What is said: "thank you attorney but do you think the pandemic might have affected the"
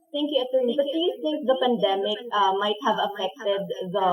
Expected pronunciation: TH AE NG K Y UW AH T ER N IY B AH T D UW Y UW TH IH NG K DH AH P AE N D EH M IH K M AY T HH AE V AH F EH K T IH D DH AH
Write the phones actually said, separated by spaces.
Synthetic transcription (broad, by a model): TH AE NG K Y UW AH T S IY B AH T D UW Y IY S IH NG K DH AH P AE N D EH M IH K M AY T HH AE V AH F EH K T IH D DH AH